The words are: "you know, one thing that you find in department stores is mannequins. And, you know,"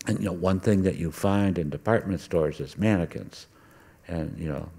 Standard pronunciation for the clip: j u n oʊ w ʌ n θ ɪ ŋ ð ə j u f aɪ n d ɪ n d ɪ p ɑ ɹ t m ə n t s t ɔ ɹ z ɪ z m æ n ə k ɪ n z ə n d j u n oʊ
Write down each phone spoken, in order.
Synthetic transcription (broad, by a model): j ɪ n oʊ w ʌ n θ ɪ ŋ ð ə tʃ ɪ f aɪ n d ɪ n d ɪ p ɑ ɹ t m ə n t s t ɔ ɹ z ɪ z m æ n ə k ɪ n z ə n j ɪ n oʊ